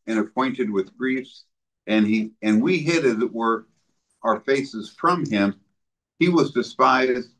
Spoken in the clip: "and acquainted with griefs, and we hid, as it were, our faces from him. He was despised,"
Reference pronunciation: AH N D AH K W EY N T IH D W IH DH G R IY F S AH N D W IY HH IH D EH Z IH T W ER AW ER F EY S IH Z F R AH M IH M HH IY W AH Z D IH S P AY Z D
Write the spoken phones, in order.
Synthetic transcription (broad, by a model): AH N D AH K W EY N T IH D W IH DH G R IY F S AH N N W IY HH IH D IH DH IH T W ER AW ER F EY S IH Z F R AH M IH M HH IY W AH Z D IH S P AY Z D